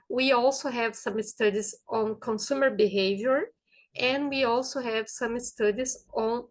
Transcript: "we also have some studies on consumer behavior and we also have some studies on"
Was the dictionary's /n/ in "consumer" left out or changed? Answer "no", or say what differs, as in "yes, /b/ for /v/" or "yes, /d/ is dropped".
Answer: no